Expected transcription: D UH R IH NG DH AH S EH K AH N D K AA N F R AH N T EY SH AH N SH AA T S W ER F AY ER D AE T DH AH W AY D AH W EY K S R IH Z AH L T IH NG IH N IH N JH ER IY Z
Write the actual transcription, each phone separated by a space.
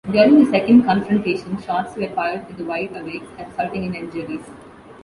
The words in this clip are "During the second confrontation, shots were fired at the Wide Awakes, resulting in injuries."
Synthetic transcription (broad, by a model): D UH R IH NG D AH S EH K AH N D K AA N F R AH N T EY SH AH N SH AA T S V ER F AY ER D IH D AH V AY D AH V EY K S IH S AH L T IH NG IH N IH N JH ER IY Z